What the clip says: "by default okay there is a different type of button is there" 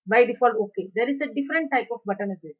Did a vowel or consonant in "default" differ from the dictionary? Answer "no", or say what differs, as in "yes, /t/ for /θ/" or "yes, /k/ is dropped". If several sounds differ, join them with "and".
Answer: yes, /t/ is dropped